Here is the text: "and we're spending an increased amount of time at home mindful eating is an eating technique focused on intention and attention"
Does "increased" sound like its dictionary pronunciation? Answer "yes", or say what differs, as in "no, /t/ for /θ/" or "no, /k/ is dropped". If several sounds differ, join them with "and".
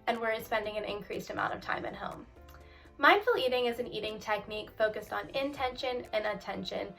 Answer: yes